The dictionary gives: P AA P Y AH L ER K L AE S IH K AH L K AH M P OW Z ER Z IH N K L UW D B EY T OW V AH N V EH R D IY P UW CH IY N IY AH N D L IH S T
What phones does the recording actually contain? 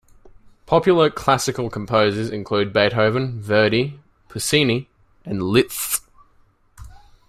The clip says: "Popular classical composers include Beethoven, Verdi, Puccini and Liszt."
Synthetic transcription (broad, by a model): P AA P Y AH L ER K L AE S IH K AH L K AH M P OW Z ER Z IH N K L UW D B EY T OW V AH N V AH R D IY P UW S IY N IY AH N L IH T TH